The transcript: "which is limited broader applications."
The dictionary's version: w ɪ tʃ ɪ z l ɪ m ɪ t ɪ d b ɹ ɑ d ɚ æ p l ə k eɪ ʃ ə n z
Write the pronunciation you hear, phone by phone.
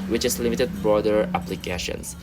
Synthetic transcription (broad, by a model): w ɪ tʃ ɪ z l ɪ m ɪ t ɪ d b ɹ ɑ d ɚ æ p l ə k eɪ ʃ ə n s